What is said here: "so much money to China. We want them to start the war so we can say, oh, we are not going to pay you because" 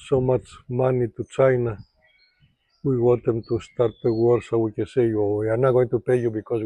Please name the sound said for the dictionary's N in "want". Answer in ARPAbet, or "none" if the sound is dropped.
none